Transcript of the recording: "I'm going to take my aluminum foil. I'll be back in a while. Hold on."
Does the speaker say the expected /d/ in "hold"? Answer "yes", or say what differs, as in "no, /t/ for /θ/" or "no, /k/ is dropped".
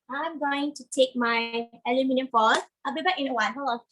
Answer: no, /d/ is dropped